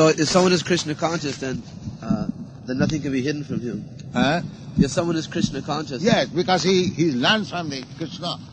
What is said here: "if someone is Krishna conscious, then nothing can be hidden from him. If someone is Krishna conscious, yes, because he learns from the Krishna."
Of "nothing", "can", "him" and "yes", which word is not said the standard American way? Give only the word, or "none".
none